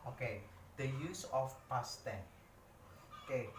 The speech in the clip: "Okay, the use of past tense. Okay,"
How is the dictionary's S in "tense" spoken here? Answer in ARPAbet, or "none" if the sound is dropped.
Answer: none